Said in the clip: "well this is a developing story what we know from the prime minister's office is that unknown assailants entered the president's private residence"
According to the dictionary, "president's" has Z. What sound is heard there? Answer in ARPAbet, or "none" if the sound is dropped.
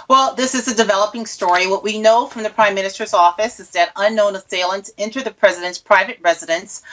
Z